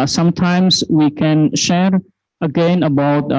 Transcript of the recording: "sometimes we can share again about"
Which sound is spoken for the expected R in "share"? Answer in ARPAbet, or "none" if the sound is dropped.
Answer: R